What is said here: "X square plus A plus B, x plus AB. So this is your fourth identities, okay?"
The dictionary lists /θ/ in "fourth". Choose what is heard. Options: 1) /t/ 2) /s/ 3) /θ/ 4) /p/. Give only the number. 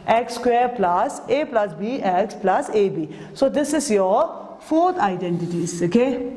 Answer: 1